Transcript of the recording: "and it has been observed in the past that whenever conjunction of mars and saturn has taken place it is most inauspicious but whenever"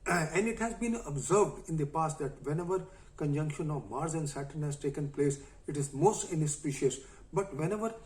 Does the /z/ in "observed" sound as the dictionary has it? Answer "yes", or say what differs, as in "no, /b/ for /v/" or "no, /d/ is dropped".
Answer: yes